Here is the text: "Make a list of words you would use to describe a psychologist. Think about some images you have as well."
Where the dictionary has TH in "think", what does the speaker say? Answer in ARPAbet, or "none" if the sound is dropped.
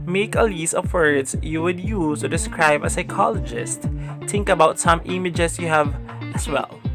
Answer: T